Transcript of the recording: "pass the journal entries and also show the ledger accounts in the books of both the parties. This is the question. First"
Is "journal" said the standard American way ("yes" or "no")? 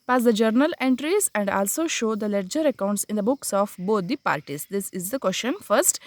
yes